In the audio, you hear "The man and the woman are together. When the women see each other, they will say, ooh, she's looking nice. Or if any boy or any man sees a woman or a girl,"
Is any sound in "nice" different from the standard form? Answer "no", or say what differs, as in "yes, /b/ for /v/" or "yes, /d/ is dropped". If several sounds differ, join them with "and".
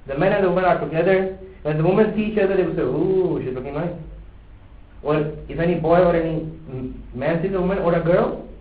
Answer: yes, /l/ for /n/